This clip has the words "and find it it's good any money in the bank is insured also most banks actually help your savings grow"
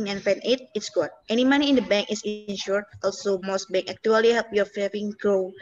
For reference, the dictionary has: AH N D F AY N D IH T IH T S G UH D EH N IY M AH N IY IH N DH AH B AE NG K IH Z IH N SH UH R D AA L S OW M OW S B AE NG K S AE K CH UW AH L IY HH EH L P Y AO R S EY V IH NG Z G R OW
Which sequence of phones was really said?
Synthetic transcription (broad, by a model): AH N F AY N IH T IH T S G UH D EH N IY M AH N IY IH N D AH B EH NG K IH S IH N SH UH R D AA L S OW M OW S B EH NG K AE K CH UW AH L IY HH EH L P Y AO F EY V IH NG G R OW